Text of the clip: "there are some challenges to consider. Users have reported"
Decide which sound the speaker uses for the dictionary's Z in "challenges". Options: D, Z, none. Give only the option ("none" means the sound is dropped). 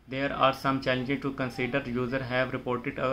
none